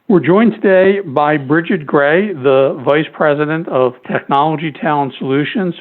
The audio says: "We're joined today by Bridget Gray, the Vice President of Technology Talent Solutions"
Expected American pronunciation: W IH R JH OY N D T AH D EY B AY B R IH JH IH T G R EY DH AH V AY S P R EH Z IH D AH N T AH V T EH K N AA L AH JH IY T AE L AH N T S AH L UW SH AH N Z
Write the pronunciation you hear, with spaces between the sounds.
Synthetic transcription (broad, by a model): W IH R JH OY N T AH D EY B AY B R IH JH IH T G R EY DH AH V AY S P R EH Z IH D AH N T AH V T EH K N AA L AH JH IY T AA AH N S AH L UW SH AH N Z